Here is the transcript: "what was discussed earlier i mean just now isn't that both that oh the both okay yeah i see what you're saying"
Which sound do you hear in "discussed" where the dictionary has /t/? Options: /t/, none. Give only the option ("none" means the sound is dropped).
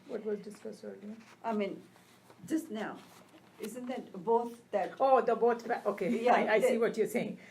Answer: none